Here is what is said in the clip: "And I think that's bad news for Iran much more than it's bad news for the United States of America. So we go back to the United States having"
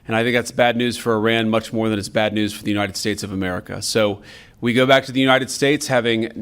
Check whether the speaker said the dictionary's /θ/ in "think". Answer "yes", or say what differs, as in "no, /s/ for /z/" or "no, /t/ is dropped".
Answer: yes